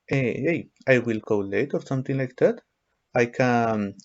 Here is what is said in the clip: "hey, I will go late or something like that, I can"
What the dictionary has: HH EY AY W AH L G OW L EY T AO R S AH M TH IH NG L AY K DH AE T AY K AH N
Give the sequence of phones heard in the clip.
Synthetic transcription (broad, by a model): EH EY AY W AH L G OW L EY T AO R S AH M T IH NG L AY K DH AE T AY K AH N